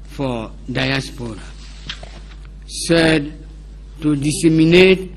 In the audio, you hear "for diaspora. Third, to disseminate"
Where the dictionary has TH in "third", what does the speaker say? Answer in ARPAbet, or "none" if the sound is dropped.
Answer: S